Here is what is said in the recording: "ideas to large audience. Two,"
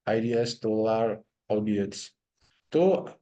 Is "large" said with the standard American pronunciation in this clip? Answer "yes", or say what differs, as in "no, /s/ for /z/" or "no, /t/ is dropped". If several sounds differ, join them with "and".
no, /dʒ/ is dropped